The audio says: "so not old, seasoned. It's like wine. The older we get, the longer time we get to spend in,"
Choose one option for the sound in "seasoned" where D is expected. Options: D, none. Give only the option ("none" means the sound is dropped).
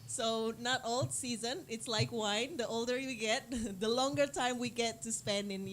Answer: none